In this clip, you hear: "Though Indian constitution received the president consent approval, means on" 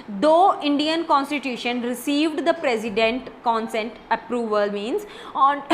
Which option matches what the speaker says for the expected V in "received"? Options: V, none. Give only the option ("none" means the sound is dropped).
V